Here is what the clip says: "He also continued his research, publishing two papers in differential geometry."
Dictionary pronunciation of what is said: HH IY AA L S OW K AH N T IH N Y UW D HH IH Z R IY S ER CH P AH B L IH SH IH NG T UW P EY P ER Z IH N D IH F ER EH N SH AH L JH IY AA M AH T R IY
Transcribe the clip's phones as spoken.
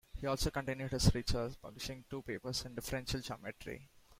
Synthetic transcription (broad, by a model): HH IY AA L S OW K AH N T IH N Y UW D HH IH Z R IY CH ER S P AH B L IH SH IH NG T UW P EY P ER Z IH N D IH F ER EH N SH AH L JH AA M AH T R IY